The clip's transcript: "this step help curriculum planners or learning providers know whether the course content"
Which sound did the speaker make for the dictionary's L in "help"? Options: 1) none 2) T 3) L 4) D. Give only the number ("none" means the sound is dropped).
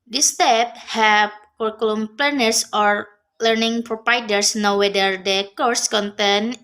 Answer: 1